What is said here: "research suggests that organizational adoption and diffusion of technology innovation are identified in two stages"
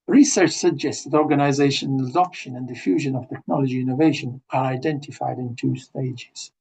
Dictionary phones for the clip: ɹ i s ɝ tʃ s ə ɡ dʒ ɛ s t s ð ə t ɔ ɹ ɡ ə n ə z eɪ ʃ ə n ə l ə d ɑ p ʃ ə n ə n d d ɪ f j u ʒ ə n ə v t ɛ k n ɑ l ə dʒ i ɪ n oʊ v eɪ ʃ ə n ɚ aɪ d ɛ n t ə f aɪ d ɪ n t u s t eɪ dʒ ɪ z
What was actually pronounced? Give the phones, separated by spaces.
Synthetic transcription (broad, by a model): ɹ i s ɝ tʃ s ə ɡ dʒ ɛ s t s ð ə t ɔ ɹ ɡ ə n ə z eɪ ʃ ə n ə ə d ɑ p ʃ ə n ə n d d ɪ f j u ʒ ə n ə v t ɛ k n ɑ l ə dʒ i ɪ n oʊ v eɪ ʃ ə n ɚ aɪ d ɛ n t ə f aɪ d ɪ n t u s t eɪ dʒ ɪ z